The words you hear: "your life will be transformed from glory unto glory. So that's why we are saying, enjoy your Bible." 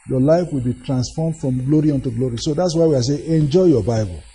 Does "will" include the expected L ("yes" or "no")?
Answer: yes